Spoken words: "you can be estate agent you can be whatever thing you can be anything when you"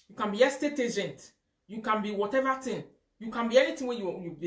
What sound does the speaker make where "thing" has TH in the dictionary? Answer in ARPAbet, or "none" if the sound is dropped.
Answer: T